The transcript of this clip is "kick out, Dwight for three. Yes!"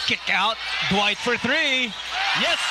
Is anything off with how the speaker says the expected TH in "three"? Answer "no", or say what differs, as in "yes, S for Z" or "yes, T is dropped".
no